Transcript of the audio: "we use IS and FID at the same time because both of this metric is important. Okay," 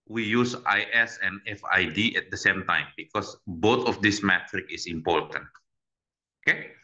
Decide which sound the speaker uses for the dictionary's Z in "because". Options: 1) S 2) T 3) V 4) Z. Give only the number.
1